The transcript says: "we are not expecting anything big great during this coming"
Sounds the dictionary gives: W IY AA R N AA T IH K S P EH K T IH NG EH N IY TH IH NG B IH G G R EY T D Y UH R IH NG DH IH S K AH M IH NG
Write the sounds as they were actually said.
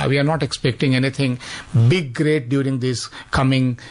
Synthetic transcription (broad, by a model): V IY AA R N AA T IH K S P EH K T IH NG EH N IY T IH NG B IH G G R EY T D Y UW R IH NG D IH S K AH M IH NG